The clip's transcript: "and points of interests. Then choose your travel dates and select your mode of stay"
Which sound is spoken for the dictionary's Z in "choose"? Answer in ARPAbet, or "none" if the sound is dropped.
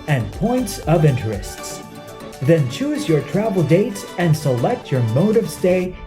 Z